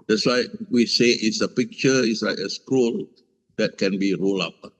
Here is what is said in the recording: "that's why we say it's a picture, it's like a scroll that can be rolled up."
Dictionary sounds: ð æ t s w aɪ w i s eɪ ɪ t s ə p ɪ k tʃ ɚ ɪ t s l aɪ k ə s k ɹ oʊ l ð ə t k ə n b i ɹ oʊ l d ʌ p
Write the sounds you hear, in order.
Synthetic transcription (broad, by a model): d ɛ t s w aɪ w i s eɪ ɪ t s ə p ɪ k tʃ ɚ ɪ t s l aɪ k ə s k u l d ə t k ə n b i ɹ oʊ l ɑ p